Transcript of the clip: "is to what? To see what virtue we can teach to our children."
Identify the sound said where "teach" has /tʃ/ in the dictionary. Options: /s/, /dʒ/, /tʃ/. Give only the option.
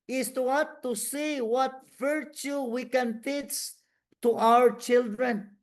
/s/